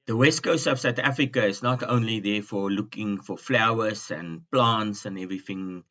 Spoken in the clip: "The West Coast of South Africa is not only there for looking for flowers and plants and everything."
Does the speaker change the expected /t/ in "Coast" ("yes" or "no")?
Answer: yes